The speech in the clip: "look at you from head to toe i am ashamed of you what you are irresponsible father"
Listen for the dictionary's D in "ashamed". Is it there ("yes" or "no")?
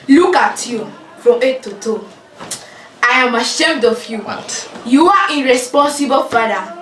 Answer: yes